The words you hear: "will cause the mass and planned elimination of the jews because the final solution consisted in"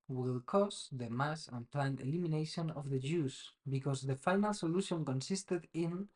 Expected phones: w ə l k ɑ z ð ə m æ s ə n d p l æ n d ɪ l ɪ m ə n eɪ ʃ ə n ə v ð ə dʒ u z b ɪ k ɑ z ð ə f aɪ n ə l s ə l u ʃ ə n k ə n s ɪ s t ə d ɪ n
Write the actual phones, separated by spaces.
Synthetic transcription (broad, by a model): w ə l k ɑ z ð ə m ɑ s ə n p l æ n ɪ l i m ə n eɪ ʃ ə n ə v ð ə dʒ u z b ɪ k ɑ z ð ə f aɪ n ə l s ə l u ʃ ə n k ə n s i s t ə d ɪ n